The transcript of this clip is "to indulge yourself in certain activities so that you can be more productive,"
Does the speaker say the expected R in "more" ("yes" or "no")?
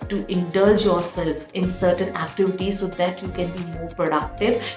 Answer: yes